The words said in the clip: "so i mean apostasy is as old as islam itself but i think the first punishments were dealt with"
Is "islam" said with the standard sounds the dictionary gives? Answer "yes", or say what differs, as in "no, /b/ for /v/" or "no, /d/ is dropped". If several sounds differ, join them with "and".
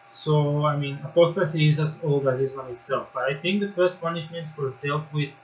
no, /l/ is dropped